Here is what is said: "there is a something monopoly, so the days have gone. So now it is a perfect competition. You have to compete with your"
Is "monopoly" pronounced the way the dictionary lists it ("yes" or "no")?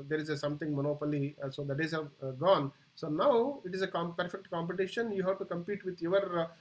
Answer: yes